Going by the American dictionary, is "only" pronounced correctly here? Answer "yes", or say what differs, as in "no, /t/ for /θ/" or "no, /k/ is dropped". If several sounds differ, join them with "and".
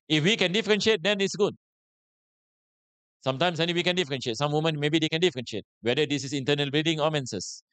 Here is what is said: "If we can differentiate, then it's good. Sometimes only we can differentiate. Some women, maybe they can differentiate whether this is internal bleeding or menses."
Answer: no, /l/ is dropped